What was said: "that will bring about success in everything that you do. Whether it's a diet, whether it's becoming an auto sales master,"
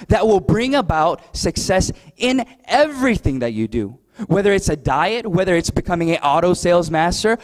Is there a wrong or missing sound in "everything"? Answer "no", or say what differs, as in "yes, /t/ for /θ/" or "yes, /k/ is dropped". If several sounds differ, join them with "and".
no